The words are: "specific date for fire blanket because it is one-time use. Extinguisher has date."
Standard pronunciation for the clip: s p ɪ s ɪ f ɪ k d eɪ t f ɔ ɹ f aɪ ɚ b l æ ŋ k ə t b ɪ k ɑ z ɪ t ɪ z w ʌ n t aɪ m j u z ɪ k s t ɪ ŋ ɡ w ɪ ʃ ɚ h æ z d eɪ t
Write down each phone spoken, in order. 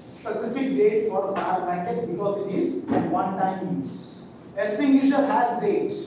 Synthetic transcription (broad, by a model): s p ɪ s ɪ f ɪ k d eɪ t f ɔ ɹ f aɪ ɚ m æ k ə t b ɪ k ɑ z ɪ t ɪ z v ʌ n t aɪ m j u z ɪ s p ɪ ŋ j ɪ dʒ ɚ h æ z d eɪ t